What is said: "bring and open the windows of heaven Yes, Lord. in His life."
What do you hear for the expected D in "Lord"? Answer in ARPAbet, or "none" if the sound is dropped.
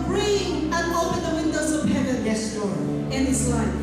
none